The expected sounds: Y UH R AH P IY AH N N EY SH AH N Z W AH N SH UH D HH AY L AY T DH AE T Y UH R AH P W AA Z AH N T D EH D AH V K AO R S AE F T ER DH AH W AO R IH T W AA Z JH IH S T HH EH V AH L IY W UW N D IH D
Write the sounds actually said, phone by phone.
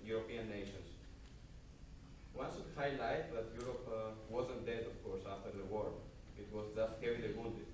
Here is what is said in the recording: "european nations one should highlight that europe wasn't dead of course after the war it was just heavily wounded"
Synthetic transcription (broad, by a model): Y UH R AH P IY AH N N EY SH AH N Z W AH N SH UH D HH AY L AY T DH AE T Y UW R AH P W AA Z AH N T D EH D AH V K AO R S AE F T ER DH AH W AO R IH T W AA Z JH IH S T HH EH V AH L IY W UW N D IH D